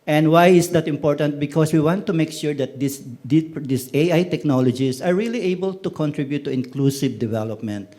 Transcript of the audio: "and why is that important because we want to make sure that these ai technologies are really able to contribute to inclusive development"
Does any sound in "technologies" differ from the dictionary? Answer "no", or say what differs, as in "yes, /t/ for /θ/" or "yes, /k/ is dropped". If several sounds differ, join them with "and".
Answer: yes, /s/ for /z/